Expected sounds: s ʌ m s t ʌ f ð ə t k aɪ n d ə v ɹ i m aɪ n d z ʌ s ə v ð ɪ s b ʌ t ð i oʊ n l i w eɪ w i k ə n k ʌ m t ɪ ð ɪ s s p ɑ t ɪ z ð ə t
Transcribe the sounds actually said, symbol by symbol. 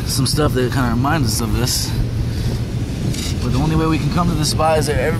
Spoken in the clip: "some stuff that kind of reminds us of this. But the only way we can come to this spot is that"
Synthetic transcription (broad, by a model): s ʌ m s t ʌ f ð ə t k aɪ n d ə ɹ i m aɪ n d z ʌ s ə v ð ɪ s b ʌ t ð i oʊ n l i w eɪ w i k n k ʌ m t ɪ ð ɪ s s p ɑ ɪ z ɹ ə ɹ